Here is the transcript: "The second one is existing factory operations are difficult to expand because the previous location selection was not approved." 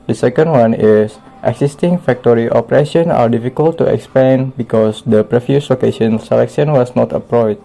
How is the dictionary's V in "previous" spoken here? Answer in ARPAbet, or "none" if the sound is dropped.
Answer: F